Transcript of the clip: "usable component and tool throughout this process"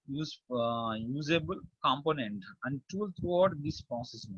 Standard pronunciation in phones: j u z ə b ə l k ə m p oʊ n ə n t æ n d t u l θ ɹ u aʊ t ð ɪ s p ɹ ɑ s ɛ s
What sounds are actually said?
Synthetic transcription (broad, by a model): j u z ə b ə l k ə m p oʊ n ə n t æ n d t u l t ɹ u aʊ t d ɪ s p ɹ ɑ s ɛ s